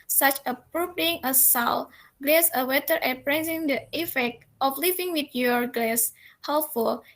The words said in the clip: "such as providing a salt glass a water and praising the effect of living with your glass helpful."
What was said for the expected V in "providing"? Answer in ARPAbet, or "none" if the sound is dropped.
P